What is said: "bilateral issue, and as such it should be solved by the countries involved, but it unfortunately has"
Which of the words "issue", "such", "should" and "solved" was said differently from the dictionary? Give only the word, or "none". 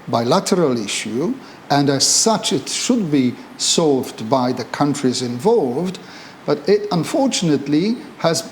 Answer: none